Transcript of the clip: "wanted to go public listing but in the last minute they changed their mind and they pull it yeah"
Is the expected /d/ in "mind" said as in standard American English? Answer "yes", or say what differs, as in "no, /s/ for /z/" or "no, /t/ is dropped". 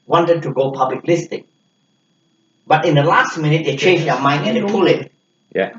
no, /d/ is dropped